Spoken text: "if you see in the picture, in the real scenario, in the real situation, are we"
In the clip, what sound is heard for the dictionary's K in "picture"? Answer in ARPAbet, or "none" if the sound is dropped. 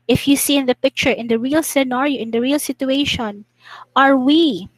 K